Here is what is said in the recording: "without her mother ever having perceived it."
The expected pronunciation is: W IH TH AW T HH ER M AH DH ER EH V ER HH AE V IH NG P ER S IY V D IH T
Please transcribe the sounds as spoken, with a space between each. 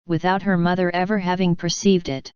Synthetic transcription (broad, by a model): W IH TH AW T HH ER M AH DH ER EH V ER HH AE V IH NG P ER S IY V D IH T